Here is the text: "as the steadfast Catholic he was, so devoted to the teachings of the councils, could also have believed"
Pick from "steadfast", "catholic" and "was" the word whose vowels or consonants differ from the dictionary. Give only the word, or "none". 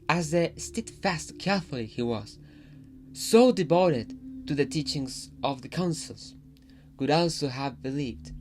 catholic